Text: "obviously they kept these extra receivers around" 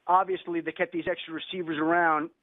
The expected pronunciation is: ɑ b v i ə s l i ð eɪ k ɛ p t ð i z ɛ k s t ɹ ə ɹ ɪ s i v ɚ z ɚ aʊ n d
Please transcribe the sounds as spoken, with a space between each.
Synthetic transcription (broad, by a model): ɑ b v i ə s l i ð eɪ k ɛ t ð i z ɛ k s t ɹ ə ɹ ɪ s i v ɚ z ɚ aʊ n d